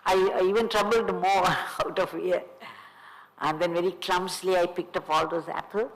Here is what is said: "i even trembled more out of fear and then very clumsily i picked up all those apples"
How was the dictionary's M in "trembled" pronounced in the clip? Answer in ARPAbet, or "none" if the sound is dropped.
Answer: none